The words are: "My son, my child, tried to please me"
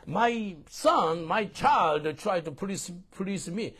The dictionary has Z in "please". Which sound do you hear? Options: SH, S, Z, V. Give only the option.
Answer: S